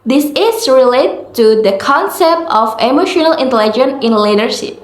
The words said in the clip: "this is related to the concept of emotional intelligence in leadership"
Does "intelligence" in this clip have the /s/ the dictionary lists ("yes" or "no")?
no